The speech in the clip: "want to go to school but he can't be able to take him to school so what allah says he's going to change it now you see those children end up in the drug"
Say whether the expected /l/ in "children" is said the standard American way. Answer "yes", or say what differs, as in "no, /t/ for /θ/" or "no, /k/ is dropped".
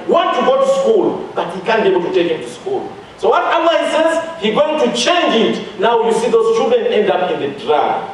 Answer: no, /l/ is dropped